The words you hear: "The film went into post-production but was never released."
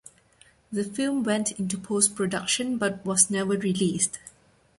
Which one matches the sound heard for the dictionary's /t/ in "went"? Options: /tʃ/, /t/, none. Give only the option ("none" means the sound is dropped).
/t/